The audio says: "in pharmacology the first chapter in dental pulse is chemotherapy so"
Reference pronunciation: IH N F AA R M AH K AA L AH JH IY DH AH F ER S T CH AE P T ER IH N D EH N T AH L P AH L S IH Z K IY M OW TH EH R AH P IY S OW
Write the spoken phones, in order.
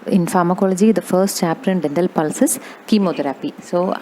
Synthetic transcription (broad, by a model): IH N F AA R M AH K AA L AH JH IY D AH F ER S T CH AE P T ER IH N D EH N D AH L P AH L S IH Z K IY M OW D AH R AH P IY S OW